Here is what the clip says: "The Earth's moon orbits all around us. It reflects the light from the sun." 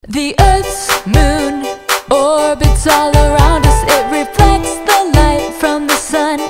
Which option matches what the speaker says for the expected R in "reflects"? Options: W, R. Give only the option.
R